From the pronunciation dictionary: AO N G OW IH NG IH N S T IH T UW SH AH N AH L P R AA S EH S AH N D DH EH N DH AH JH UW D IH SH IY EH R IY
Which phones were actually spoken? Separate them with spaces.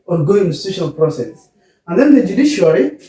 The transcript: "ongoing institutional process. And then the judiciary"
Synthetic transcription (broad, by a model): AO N G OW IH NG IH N T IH S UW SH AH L P R AA S EH S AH N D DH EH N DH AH JH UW D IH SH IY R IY